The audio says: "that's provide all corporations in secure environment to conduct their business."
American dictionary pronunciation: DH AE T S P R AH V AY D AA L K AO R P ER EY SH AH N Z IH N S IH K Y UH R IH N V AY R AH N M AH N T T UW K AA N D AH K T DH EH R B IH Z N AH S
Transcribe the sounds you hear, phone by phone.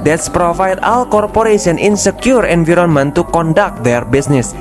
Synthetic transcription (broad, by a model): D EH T S P R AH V AY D AA L K AO R P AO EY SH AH N IH N S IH K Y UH R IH N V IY R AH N M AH N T T UW K AA N D AH K T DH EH R B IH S N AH S